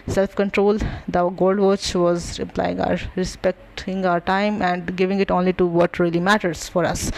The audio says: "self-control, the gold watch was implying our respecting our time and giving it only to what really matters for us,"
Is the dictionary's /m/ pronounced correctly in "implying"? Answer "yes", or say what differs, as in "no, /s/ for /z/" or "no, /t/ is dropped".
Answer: no, /m/ is dropped